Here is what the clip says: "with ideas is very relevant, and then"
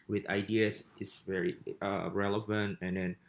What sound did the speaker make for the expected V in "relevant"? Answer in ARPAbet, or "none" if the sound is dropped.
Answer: V